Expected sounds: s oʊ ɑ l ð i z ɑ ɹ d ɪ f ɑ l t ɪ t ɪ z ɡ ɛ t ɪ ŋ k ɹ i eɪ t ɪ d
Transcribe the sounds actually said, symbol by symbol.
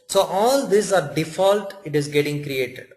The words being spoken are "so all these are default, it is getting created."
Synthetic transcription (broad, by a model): s oʊ ɑ l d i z ɑ ɹ d ɪ f ɑ l t ɪ t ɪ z ɡ ɛ t ɪ ŋ k ɹ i eɪ t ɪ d